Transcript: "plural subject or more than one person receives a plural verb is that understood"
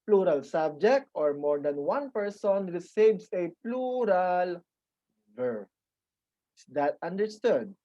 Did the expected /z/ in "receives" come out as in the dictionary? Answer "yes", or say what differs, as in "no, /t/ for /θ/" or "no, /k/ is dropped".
no, /s/ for /z/